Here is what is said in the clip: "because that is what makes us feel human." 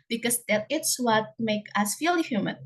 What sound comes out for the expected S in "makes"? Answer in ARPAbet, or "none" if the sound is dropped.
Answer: none